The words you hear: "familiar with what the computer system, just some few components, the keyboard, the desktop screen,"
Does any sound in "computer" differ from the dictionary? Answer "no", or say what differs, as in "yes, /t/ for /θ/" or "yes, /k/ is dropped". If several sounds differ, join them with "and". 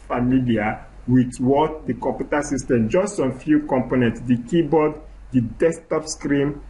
yes, /m/ is dropped